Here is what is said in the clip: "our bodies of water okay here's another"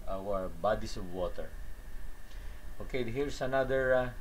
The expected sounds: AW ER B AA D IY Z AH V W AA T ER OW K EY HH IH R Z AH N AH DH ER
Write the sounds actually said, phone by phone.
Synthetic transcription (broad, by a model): AW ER B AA D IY S AH V W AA T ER OW K EY HH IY R S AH N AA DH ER